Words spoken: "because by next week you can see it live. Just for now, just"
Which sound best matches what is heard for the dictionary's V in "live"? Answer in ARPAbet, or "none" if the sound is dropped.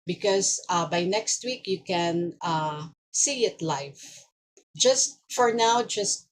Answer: F